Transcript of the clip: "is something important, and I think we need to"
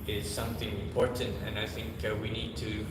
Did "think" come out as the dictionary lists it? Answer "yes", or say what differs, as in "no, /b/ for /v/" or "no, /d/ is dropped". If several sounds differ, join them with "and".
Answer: yes